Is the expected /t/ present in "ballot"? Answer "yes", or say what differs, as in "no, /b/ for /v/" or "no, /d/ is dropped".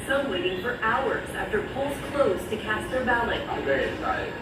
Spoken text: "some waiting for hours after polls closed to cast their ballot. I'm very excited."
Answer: no, /t/ is dropped